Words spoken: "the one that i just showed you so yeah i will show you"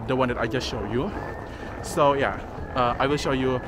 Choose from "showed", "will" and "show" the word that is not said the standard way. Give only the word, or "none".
none